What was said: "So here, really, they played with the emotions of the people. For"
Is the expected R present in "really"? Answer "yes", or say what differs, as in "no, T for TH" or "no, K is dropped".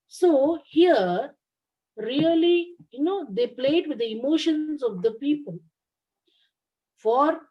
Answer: no, L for R